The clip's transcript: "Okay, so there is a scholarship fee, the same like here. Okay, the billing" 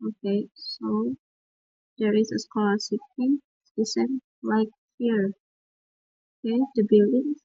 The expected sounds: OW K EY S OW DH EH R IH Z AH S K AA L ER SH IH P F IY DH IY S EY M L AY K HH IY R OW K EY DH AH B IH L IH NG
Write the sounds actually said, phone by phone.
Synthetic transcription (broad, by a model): OW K EY S OW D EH R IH S AH S K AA L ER S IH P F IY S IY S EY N L AY K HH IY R OW K EY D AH B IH L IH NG